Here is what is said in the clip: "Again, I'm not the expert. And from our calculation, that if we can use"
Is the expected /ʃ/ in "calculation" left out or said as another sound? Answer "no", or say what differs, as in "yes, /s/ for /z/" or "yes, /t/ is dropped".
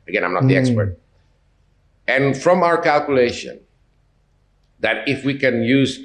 no